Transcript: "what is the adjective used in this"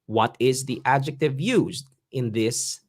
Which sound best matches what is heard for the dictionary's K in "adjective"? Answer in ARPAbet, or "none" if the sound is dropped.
K